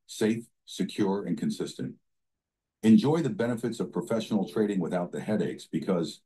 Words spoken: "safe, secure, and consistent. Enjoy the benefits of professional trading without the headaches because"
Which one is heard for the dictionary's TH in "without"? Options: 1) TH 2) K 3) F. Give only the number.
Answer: 1